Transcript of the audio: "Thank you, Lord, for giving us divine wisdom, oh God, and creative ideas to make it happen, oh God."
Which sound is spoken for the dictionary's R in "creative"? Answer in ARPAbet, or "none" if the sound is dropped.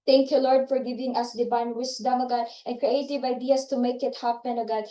R